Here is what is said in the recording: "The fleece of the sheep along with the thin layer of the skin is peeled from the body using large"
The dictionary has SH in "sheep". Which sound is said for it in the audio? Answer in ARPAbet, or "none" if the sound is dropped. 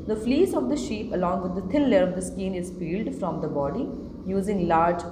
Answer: SH